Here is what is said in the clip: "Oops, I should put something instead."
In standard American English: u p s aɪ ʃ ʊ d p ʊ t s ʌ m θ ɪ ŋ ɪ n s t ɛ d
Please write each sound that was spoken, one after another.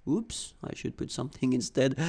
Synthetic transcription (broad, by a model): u p s aɪ ʃ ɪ d p ʊ t s ʌ m θ ɪ ŋ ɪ n s t ɛ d